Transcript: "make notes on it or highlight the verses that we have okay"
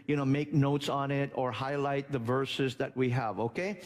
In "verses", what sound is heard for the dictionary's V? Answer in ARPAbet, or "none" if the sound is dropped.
V